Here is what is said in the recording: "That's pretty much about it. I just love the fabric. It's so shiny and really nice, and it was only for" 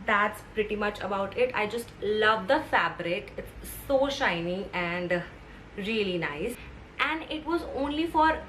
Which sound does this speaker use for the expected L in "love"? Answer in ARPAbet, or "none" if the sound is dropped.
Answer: L